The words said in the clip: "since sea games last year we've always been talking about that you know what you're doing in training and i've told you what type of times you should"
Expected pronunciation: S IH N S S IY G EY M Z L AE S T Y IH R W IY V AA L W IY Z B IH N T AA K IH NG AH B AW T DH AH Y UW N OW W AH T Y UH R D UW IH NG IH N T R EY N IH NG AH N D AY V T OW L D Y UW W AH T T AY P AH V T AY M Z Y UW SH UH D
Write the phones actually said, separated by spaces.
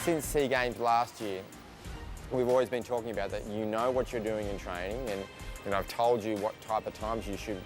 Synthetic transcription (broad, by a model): S IH N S S IY G EY M Z L AE S T Y IH R W IY V AA L W IY Z B IH N T AA K IH NG AH B AW T DH AH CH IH N OW W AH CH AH R D UW IH NG IH N T R EY N IH NG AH N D AY V T OW L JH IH W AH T T AY P AH V T AY M Z Y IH SH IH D